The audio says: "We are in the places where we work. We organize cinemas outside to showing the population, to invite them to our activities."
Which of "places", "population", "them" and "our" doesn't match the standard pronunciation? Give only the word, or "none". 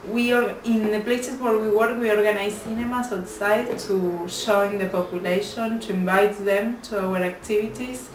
places